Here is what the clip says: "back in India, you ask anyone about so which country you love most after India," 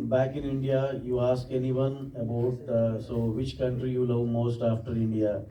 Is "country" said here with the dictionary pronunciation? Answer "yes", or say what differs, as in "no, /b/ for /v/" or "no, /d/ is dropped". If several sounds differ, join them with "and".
yes